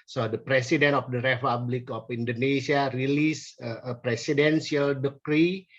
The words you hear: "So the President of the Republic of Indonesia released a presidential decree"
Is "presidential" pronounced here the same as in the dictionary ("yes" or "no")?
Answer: no